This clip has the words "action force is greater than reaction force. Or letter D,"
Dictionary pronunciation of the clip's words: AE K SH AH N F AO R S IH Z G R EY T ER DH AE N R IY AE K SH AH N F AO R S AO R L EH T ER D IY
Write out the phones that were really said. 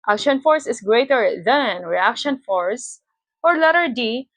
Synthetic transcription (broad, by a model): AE K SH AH N F AO R S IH S G R EY T ER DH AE N R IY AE K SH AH N F AO R S AO R L EH T ER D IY